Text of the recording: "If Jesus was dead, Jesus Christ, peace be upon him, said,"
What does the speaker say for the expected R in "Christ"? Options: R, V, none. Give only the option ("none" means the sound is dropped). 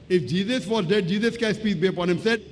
none